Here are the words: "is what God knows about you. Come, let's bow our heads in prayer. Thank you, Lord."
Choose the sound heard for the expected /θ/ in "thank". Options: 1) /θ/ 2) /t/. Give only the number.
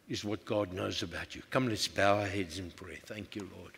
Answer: 1